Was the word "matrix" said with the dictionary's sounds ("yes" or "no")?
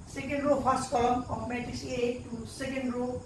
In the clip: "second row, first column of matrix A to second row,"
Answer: no